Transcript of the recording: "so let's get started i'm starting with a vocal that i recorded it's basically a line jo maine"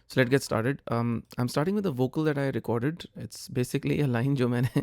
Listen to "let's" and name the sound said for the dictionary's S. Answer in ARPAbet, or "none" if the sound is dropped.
none